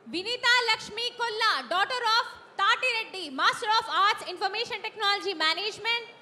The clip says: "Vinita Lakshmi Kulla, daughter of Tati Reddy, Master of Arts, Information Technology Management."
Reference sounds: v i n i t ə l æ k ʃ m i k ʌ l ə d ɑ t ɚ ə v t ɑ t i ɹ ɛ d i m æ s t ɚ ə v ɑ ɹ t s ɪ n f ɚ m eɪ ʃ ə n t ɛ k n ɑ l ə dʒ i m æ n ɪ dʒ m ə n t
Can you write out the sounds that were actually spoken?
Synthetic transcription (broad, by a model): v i n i t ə l æ k ʃ m i k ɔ l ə d ɑ t ɚ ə f t ɑ t i ɹ ɛ d i m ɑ s t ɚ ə f ɑ ɹ t s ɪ n f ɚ m eɪ ʃ ə n t ɛ k n ɑ l ə dʒ i m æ n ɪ dʒ m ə n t